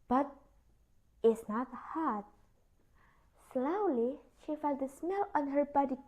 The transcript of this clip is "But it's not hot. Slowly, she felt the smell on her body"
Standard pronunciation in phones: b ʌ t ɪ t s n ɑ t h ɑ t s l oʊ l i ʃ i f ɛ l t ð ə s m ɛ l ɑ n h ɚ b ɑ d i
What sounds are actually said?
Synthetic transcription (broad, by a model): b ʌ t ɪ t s n ɑ t h ɑ t s l oʊ l i ʃ i f ɛ l t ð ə s m ɛ l ɑ n h ɚ b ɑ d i